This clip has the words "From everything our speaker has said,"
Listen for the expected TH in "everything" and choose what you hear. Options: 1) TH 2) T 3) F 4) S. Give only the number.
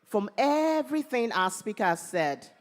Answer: 1